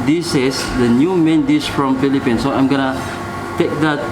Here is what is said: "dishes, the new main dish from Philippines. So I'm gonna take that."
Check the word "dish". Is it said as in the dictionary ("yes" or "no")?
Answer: no